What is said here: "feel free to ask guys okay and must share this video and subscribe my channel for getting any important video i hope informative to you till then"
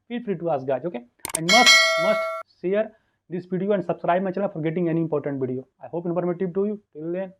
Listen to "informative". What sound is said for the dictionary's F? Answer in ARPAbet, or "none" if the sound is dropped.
P